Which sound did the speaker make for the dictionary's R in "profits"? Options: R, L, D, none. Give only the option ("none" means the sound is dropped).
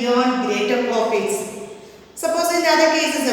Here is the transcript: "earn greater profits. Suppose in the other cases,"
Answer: none